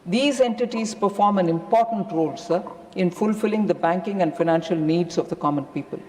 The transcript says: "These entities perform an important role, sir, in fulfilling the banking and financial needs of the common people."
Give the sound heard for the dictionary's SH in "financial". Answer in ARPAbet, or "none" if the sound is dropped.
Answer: SH